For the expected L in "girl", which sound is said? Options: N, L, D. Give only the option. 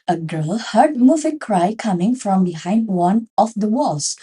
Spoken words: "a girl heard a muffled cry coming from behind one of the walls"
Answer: L